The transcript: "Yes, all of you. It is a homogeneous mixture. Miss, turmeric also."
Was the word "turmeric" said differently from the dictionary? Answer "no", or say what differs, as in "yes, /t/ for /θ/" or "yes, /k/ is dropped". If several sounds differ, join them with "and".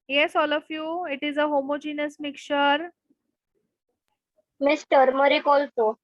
no